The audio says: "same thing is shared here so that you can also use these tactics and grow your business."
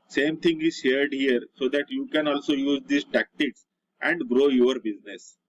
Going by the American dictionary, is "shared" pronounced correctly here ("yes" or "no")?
yes